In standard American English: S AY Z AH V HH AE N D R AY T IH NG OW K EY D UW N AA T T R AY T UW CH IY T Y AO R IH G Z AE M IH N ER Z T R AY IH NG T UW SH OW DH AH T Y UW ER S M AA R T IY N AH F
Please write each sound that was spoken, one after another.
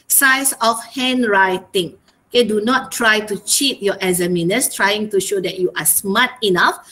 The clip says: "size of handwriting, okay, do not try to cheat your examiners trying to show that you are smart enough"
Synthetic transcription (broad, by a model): S AY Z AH F HH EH N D R AY T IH NG OW K EY D UW N AA T T R AY T UW CH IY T Y AO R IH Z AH M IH N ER S T R AY IH NG T UW SH OW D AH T Y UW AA S M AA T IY N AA F